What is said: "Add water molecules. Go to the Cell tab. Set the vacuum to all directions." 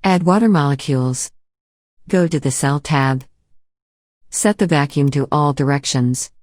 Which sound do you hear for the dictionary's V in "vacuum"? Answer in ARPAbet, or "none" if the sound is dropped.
V